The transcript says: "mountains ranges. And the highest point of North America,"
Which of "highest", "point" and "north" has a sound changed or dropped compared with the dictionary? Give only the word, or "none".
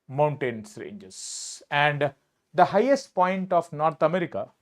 north